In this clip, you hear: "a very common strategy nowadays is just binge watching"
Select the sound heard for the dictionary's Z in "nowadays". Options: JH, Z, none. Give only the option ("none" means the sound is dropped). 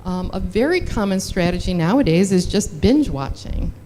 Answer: Z